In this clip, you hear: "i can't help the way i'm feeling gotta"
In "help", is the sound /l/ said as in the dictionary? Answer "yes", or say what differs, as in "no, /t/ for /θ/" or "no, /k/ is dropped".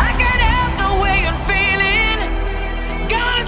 no, /l/ is dropped